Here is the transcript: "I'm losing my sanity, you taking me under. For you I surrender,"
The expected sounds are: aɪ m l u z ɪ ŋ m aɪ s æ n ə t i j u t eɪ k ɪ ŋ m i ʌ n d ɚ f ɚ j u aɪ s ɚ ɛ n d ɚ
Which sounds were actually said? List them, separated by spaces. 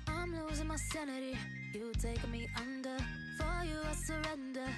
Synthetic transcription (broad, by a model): aɪ m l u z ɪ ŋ m aɪ s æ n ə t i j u t eɪ ɪ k m i ʌ n d ɚ f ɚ j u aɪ s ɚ ɛ n d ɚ